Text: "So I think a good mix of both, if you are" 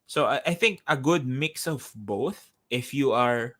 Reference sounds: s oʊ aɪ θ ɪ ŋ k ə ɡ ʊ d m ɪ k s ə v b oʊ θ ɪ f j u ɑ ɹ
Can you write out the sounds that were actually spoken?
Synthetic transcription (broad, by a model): s oʊ aɪ θ ɪ ŋ k ə ɡ ʊ d m ɪ k s ə v b oʊ θ ɪ f j u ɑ ɹ